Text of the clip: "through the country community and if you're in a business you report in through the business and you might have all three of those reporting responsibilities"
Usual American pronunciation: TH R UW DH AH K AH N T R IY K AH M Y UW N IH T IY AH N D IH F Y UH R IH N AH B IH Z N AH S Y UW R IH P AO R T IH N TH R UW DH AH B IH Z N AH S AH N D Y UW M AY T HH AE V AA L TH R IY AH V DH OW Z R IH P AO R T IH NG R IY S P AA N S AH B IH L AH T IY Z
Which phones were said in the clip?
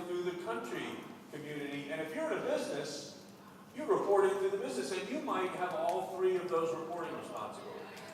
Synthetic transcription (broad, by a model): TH R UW DH AH K AH N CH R IY K AH M Y UW N IH T IY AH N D IH F Y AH R IH N AH B IH Z N AH S Y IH R IH P AO R T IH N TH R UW DH AH B IH Z N AH S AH N Y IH M AY T HH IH V AA L TH R IY AH V DH OW Z R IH P AO R T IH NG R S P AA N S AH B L